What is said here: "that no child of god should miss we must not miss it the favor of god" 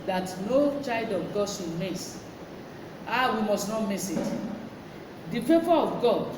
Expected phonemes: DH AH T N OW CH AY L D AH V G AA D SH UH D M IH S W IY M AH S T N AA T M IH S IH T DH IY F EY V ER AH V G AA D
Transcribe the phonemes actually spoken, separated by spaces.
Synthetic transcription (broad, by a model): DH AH T N OW CH AY L D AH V G AA D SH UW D M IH S W IY M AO S T N AA T M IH S IH T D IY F EY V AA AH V G AA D